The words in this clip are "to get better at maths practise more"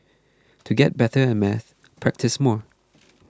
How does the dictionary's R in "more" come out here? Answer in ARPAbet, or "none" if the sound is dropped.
R